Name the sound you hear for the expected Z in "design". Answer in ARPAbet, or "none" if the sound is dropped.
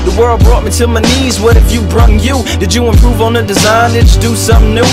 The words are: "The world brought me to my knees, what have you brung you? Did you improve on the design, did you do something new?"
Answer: Z